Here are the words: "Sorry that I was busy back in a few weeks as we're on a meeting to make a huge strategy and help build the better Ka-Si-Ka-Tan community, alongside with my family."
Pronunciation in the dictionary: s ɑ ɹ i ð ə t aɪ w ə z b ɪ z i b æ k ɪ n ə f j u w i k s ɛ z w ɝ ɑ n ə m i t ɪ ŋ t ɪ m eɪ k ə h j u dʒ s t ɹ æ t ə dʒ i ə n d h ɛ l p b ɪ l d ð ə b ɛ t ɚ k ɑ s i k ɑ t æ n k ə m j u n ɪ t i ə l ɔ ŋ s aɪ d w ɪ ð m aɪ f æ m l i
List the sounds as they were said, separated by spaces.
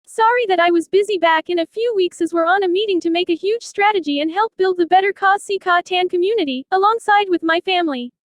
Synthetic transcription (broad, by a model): s ɑ ɹ i ð ə t aɪ w ə z b ɪ z i b æ k ɪ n ə f j u w i k s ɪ z w ɝ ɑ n ə m i t ɪ ŋ t ɪ m eɪ k ə h j u dʒ s t ɹ æ t ə dʒ i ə n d h ɛ l p b ɪ l d ð ə b ɛ t ɚ k ɑ s i k ɑ t æ n k ə m j u n ɪ t i ə l ɔ ŋ s aɪ d w ɪ ð m aɪ f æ m l i